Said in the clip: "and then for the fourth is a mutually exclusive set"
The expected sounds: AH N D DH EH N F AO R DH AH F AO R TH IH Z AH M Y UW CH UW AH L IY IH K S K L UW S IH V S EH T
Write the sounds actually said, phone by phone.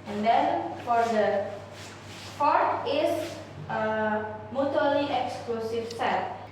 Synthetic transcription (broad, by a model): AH N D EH N F AO R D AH P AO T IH S AH M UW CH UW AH L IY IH K S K L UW S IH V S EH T